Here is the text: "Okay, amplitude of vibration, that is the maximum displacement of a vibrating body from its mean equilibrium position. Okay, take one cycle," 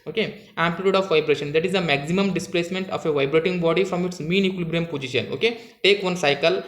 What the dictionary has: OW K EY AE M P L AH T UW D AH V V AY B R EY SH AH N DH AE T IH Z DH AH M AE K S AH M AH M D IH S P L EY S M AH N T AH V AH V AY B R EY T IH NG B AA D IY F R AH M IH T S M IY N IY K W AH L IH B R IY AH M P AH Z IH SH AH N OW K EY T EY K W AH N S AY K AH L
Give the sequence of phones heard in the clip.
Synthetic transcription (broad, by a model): OW K EY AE M P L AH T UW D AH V V AY B R EY SH AH N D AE T IH Z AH M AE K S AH M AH M D IH S P L EY S M AH N T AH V AH V AY B R EY T IH NG B AA D IY F R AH M IH T S M IY N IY K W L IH B R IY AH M P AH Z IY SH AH N OW K EY T EY K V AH N S AY K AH L